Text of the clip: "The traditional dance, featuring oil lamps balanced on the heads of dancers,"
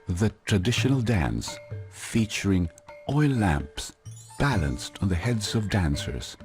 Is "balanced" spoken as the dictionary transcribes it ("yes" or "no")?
yes